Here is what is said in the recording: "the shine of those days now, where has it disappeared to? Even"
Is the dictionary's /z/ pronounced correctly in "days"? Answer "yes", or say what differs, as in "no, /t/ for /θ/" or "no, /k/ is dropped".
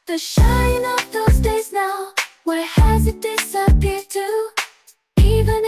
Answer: yes